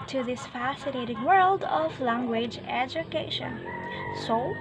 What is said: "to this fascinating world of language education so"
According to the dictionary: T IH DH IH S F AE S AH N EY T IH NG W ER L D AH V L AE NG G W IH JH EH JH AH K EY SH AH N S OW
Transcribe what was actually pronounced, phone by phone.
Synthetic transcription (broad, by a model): T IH DH IH S F AE S AH N EY T IH NG W ER L D AH V L AE NG G W IH JH EH JH AH K EY SH AH N S OW